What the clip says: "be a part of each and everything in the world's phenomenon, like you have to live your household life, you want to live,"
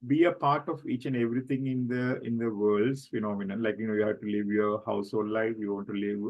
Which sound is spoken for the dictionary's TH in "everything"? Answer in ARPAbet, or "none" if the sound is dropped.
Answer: T